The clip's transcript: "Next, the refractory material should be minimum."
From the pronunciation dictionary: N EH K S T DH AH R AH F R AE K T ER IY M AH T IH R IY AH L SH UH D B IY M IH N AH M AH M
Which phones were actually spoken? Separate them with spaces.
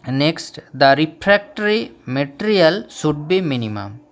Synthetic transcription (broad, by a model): N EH K S T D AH R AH P R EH K T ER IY M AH T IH R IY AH L S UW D B IY M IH N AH M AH M